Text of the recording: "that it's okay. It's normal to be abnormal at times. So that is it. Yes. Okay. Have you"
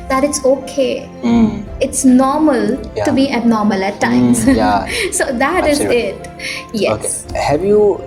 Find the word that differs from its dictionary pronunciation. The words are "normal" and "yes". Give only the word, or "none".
yes